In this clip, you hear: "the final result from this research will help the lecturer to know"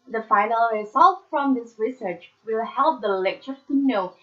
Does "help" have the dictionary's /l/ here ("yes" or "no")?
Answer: yes